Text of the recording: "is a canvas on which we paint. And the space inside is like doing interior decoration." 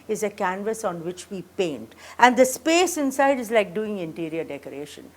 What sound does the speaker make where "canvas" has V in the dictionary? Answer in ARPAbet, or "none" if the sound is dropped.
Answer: V